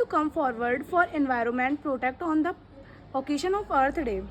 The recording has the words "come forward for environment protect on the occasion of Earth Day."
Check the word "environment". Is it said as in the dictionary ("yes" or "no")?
yes